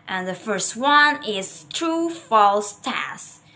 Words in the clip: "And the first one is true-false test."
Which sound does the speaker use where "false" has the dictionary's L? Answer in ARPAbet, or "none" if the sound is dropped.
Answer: L